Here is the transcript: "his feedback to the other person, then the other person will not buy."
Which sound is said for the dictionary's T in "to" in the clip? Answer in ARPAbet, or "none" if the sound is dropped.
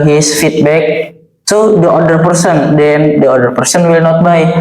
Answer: S